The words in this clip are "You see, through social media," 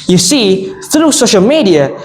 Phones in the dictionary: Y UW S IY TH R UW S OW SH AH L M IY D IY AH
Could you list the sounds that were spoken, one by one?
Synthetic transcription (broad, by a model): Y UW S IY TH R UW S OW SH AH L M IY D IY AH